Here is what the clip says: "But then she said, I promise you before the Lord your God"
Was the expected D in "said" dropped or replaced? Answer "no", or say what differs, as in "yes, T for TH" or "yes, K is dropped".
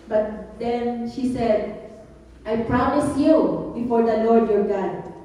no